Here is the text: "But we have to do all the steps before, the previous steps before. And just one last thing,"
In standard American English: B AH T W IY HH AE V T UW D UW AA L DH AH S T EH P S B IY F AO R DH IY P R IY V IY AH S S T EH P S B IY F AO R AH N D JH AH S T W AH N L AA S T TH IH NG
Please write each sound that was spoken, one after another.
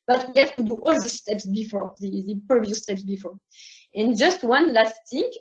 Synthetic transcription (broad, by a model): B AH T W IY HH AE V T UW D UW AA L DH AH S T EH P S B IY F AO R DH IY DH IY P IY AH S S T EH P S B IY F AO R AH N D JH AH S T W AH N L AA S T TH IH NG